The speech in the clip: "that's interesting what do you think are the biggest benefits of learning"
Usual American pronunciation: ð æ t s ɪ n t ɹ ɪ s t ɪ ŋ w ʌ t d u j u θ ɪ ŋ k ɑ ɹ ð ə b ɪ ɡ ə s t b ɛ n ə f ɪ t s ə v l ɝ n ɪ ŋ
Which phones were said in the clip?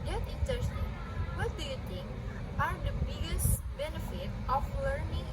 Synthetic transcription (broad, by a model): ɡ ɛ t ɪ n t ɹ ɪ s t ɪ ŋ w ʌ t d u j u t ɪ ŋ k ɑ ɹ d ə b ɪ ɡ ə s t b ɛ n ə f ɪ t ə f l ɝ n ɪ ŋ